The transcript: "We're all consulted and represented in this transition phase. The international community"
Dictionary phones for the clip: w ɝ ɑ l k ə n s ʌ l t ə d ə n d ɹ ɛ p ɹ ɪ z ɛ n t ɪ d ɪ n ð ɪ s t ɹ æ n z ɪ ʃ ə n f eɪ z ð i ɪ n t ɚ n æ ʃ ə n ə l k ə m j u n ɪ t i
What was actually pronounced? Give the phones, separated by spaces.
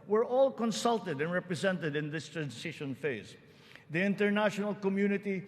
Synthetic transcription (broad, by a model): w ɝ ɑ l k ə n s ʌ l t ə d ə n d ɹ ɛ p ɹ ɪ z ɛ n t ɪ d ɪ n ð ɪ s t ɹ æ n s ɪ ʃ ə n f eɪ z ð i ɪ n t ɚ n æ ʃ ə n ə l k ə m j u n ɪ t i